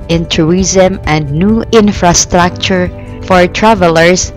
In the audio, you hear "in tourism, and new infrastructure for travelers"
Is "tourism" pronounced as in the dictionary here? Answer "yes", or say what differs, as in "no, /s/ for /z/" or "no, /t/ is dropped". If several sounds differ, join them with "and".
no, /ɹ/ is dropped